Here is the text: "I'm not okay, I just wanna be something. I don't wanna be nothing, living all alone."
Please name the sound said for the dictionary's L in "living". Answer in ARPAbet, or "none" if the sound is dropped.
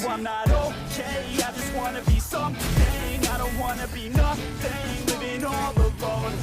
W